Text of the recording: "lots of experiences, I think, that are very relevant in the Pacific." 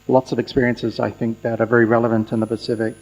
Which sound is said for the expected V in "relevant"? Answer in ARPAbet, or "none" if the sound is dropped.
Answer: V